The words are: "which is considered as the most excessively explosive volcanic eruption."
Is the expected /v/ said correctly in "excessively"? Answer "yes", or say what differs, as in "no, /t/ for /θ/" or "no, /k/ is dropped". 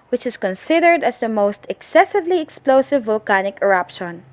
yes